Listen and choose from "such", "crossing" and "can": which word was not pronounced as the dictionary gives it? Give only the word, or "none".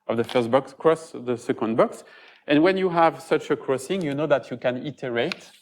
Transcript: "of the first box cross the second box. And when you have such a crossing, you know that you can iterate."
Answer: none